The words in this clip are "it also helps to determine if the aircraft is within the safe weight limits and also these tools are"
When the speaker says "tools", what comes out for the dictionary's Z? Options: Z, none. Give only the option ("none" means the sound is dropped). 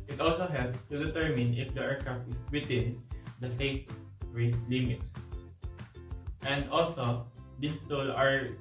none